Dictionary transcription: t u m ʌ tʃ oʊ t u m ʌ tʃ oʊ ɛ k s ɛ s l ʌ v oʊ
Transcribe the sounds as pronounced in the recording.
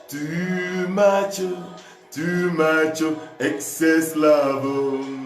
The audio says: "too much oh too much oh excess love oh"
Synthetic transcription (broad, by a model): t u m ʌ tʃ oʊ t u m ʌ tʃ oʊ ɛ k s ɛ s l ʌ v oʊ